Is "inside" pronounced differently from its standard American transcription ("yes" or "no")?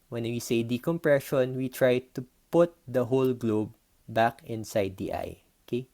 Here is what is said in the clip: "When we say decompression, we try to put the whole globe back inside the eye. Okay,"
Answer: no